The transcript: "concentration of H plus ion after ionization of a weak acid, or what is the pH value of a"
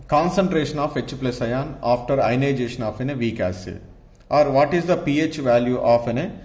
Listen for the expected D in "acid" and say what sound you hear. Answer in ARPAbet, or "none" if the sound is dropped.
none